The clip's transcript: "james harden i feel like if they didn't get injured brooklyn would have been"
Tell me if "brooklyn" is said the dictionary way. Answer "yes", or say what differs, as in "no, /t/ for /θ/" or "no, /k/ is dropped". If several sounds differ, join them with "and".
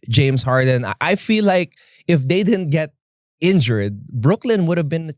yes